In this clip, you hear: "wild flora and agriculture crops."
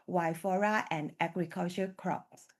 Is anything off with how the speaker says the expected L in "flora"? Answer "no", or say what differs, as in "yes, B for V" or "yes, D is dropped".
yes, L is dropped